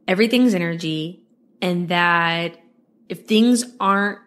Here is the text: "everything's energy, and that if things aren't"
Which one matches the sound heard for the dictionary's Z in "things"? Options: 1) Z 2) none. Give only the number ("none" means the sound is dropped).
1